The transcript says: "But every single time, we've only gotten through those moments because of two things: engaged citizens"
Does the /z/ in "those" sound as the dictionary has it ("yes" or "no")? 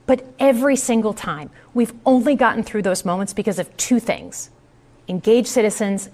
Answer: yes